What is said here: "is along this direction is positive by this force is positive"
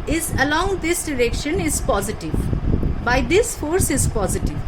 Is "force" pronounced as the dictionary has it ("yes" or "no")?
yes